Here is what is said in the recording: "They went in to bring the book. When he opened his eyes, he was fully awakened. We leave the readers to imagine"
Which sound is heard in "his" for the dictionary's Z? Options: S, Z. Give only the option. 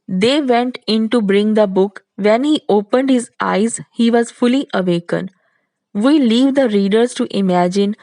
Z